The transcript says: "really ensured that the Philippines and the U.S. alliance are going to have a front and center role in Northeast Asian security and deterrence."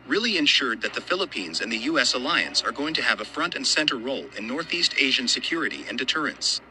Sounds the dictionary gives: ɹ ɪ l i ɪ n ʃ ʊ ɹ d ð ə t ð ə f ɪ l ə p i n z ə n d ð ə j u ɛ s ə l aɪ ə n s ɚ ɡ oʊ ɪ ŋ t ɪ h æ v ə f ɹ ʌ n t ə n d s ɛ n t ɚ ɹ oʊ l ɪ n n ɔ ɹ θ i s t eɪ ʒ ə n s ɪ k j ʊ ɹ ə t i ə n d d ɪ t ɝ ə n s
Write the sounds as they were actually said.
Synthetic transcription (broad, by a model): ɹ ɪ l i ɪ n ʃ ʊ ɹ d ð ə t ð ə f ɪ l ə p i n z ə n ð ə j u ɛ s ə l aɪ ə n s ɚ ɡ oʊ ɪ ŋ t ɪ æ v ə f ɹ ʌ n t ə n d s ɛ n t ɚ ɹ oʊ l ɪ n n ɔ ɹ θ i s t eɪ ʒ ə n s ɪ k j ʊ ɹ ə t i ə n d d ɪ t ɝ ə n s